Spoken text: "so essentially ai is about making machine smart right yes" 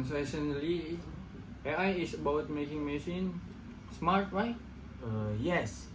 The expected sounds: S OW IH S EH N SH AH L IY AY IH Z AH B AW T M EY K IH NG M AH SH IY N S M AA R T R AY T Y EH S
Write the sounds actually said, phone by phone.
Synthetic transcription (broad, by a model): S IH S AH N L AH IY AY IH S AH B AW T M EY K IH NG M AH S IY N S M AA R T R AY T Y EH S